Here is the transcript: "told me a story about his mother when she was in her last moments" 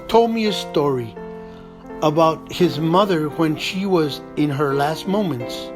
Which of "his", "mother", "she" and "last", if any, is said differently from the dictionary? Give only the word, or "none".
none